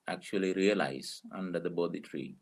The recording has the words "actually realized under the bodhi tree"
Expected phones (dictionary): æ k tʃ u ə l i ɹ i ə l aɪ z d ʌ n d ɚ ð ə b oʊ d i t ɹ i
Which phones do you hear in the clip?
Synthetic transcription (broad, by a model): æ k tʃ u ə l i ɹ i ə l aɪ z ʌ n d ɚ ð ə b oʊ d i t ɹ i